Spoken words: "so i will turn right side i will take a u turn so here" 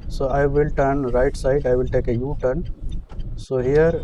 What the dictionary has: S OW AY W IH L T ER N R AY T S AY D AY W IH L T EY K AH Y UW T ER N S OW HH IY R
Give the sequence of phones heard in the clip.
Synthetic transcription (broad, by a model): S OW AY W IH L T ER N R AY T S AY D AY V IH L T EY K AH Y UW T ER N S OW HH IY R